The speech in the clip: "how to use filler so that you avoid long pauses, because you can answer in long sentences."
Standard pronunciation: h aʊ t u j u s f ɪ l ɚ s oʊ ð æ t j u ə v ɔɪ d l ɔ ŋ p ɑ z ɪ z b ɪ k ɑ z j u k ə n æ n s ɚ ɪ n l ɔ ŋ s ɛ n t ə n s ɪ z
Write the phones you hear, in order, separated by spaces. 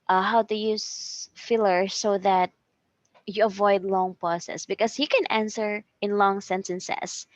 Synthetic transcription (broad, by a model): h aʊ t u j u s f ɪ l ɚ s oʊ ð æ t j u ə v ɔɪ d l ɔ ŋ p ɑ s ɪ s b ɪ k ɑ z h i k ə n æ n s ɚ ɪ n l ɔ ŋ s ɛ n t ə n s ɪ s